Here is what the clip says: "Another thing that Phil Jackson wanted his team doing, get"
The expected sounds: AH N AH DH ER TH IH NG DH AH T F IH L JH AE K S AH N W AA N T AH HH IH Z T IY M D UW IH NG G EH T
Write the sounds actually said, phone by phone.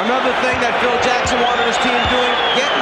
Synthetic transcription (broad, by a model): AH N AH DH ER TH IH NG DH AH T F IH L JH AE K S AH N W AA T AH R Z T IY M D UW IH NG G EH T